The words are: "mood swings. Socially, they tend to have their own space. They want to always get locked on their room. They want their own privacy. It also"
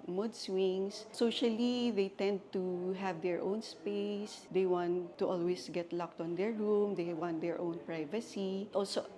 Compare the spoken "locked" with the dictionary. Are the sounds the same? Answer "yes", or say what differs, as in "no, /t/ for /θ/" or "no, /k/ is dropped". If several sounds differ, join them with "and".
yes